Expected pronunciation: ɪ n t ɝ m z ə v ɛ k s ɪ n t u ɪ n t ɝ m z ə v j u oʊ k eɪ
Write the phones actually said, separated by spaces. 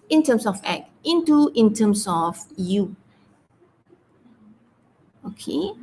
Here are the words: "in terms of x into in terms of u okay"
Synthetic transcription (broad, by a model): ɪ n t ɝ m s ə f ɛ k ɪ n t u ɪ n t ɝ m s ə f j u oʊ k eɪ